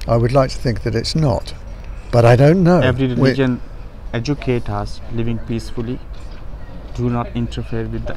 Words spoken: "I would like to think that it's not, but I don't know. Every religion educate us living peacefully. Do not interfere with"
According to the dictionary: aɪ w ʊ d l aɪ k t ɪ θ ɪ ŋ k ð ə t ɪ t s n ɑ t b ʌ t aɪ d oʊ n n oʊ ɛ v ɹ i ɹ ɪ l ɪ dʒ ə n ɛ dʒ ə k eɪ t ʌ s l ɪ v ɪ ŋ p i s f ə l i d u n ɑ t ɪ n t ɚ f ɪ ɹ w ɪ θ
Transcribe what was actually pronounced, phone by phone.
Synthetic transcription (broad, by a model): aɪ w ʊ d l aɪ k t ɪ θ ɪ ŋ k ð ə t ɪ t s n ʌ t b ʌ t aɪ d oʊ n n oʊ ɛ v ɹ i ɹ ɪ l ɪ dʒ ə n ɛ dʒ ə k eɪ t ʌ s l ɪ v ɪ ŋ p i s f ə l i d u n ɑ t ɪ n t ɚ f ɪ ɹ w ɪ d